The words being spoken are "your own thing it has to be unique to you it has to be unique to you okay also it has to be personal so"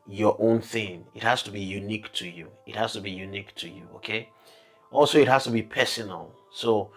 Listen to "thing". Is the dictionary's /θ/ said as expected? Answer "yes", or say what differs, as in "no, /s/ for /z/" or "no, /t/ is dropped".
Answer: yes